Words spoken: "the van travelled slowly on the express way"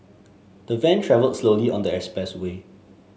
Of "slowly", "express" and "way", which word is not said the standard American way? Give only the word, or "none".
express